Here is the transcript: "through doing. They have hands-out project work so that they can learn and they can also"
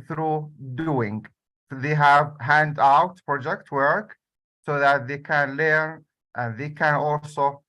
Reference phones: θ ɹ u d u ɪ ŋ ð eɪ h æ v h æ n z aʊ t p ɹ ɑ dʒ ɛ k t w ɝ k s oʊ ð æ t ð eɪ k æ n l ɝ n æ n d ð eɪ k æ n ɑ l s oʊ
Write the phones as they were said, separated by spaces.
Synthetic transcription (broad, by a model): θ ɹ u d u ɪ ŋ ð eɪ h æ v h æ n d aʊ t p ɹ ɑ dʒ ɛ k t w ɝ k s oʊ ð æ t ð eɪ k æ n l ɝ n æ n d ð eɪ k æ n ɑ l s oʊ